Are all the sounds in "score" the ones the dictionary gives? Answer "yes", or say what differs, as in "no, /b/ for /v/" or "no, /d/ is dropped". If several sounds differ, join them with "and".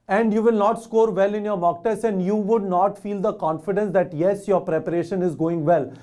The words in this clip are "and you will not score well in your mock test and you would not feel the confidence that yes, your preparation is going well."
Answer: yes